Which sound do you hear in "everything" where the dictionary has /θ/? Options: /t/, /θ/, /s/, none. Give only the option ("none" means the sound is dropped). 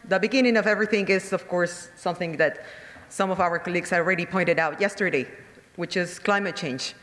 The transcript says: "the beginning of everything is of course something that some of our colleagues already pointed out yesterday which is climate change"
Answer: /θ/